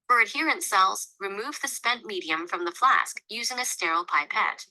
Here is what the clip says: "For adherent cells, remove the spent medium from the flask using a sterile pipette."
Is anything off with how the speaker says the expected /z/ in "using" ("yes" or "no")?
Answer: no